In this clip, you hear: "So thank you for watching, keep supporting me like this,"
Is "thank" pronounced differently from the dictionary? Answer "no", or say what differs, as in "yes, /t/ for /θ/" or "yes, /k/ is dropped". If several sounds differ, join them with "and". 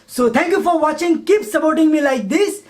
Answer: yes, /t/ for /θ/